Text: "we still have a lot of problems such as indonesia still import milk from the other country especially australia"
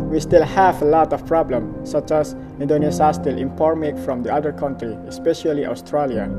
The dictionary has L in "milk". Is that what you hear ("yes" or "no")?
no